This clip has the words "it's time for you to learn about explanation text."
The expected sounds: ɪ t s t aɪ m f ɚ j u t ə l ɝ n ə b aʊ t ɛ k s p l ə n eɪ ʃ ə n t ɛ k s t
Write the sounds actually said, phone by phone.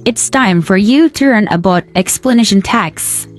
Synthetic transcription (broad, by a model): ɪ t s t aɪ m f ɚ j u t ə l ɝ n ə b aʊ t ɛ k s p l ə n eɪ ʃ ə n t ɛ k s